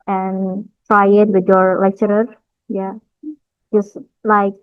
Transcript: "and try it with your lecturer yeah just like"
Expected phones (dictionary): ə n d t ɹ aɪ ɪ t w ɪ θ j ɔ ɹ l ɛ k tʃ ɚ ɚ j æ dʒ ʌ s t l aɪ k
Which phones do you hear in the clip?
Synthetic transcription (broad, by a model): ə n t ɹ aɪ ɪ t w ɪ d j ɔ ɹ l ɛ k tʃ ɚ ɚ j æ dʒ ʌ s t l aɪ k